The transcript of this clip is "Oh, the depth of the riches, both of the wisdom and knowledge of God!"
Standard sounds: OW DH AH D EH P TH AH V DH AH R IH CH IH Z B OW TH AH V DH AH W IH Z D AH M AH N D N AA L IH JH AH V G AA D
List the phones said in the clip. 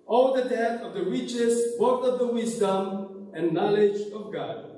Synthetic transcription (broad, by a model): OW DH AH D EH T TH AH V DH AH R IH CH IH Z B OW T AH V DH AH W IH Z D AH M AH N N AA L IH JH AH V G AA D